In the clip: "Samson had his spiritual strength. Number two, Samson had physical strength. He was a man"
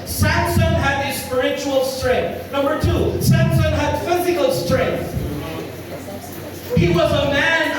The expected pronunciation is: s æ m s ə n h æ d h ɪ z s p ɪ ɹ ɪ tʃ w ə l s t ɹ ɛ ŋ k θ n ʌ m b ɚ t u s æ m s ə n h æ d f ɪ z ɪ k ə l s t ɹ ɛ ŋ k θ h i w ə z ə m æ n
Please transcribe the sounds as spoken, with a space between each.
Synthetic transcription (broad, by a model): s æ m s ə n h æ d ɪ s p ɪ ɹ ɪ tʃ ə l s t ɹ ɛ ŋ k θ n ʌ m b ɚ t u s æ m s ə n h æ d f ɪ z ɪ k ə l s t ɹ ɛ ŋ k θ h i w ə z ə m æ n